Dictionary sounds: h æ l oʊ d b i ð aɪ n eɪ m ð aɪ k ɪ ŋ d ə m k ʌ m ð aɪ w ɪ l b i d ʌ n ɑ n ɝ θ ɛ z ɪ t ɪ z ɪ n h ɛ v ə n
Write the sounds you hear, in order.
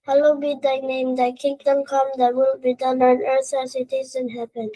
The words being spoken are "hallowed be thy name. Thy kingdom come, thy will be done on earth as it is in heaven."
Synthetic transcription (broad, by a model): h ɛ l oʊ b i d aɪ n eɪ m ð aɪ k ɪ ŋ d ə m k ʌ m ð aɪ w ɪ l b i d ʌ n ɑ n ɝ s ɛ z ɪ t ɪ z ɪ n h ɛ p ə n